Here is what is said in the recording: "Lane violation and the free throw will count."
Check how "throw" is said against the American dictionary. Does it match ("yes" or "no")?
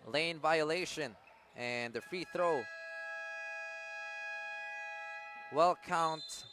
yes